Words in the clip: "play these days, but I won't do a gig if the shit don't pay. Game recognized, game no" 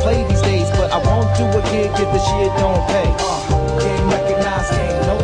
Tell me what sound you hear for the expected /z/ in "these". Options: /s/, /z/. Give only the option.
/z/